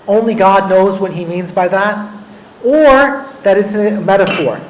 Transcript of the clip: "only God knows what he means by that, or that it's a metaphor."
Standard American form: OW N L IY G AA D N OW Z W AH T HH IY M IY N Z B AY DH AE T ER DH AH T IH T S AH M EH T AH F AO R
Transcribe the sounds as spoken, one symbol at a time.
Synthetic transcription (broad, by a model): OW N L IY G AA D N OW Z W AH T HH IY M IY N Z B AY DH AE T ER DH AH T IH T S AH M EH T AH F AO R